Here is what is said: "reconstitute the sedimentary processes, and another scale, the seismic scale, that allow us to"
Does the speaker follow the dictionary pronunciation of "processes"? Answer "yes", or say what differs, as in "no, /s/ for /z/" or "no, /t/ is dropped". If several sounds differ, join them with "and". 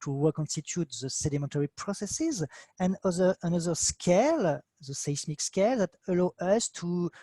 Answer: yes